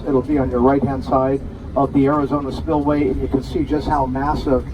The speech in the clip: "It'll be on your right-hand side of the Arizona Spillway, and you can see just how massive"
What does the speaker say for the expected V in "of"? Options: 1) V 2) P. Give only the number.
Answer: 1